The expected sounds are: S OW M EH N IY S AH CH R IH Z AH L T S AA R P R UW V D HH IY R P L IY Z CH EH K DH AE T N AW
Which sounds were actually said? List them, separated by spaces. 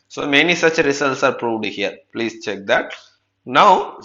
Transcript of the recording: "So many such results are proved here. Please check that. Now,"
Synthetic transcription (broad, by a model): S OW M EH N IY S AH CH R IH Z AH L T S AA R P R UW V D HH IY R P L IY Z CH EH K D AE T N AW